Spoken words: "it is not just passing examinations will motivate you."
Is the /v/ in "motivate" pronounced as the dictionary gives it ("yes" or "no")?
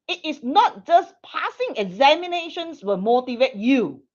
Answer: yes